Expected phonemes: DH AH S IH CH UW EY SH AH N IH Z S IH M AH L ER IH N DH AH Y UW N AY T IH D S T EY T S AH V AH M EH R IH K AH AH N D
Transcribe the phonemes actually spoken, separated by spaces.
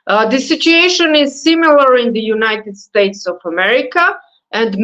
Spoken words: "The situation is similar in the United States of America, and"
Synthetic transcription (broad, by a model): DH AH S IH CH UW EY SH AH N IH Z S IH M AH L ER IH N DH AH Y UW N AY T IH D S T EY T S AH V AH M EH R IH K AH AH N D